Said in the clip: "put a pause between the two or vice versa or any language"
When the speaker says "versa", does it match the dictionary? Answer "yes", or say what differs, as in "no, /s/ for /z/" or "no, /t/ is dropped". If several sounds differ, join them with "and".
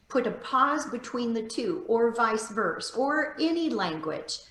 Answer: yes